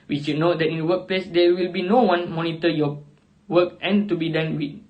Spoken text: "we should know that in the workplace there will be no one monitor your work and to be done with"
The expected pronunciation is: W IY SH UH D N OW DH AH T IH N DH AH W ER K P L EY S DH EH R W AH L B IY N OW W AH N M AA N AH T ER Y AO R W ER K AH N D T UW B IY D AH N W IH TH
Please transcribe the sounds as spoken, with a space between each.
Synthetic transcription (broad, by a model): W IY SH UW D N OW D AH T IH N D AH W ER K P L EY S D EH W AH L B IY N OW W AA N M AA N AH T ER Y AO W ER K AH N T UW B IY D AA N W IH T